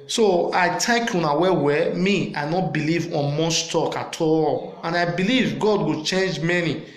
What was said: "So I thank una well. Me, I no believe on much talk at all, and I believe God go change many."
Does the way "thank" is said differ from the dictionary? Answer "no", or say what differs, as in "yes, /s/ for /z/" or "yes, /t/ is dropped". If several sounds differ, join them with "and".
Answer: yes, /t/ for /θ/ and /ŋ/ is dropped